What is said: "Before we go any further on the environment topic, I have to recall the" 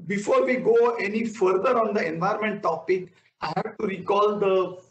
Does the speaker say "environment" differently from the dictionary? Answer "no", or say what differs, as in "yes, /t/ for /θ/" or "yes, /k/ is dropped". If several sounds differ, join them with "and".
yes, /ɹ/ is dropped